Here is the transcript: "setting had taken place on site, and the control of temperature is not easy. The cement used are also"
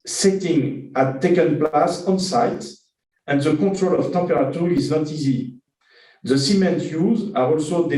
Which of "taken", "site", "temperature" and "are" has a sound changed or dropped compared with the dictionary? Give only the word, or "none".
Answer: temperature